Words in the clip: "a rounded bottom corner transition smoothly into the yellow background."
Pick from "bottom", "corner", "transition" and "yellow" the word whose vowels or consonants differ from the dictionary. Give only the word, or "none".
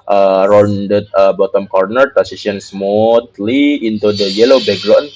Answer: transition